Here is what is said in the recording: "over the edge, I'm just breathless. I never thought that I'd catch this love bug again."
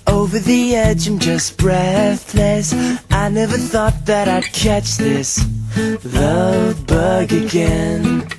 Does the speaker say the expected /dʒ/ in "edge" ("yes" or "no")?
yes